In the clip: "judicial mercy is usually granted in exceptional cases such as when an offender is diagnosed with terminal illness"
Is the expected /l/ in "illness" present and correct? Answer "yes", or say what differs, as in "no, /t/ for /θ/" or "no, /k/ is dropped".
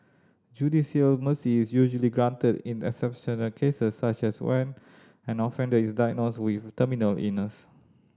no, /l/ is dropped